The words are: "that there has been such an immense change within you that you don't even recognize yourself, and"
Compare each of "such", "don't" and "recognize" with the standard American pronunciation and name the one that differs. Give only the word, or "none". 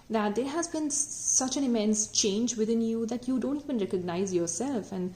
none